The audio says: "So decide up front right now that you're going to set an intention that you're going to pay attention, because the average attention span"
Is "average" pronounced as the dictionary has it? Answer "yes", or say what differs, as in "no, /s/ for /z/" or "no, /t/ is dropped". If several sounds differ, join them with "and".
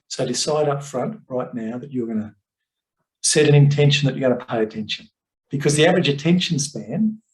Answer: yes